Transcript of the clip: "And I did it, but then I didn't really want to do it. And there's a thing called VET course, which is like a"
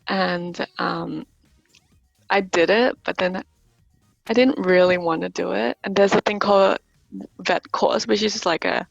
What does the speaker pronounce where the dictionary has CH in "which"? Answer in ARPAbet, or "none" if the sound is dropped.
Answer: SH